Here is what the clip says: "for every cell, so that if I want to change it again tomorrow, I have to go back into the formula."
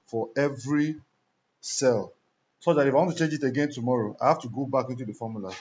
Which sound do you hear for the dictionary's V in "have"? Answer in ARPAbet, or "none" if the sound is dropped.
F